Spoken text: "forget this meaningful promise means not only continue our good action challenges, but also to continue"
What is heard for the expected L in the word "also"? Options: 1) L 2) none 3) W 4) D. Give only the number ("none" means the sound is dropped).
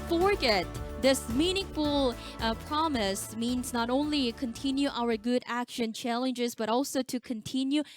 1